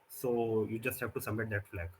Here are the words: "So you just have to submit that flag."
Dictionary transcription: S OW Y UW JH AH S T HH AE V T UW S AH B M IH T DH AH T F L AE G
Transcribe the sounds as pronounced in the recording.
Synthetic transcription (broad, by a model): S OW Y UW JH AH S T HH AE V T UW S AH M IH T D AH T F L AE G